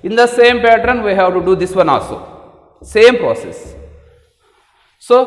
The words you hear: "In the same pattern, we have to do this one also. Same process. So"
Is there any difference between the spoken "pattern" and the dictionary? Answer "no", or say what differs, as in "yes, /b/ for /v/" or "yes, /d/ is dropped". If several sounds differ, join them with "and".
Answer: no